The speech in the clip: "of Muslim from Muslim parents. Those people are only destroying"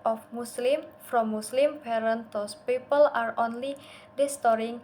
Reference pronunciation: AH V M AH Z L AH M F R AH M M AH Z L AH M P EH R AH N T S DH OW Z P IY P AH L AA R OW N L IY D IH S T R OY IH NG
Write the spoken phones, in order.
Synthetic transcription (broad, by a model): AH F M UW S L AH M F R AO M M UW S L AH M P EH R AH N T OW S P IY P AH L AA R OW N L IY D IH S T R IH NG